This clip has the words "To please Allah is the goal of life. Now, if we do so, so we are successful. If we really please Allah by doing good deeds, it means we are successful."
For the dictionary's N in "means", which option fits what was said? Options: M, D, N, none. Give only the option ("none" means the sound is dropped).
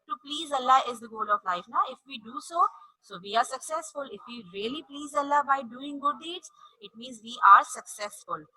N